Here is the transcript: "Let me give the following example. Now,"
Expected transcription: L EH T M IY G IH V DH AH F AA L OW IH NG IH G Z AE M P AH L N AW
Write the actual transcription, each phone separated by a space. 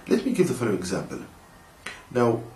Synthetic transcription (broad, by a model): L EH T M IY G IH V DH AH F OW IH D IH G Z AE M P AH L N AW